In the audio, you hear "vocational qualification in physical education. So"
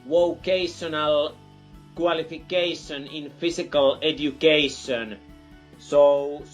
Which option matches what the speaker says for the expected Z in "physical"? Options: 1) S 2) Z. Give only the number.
1